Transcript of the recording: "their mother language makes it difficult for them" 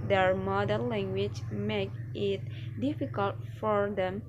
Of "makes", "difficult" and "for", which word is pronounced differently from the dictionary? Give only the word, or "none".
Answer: makes